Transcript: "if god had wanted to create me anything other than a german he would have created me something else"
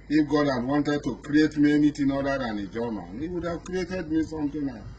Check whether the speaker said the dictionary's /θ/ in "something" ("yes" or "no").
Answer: no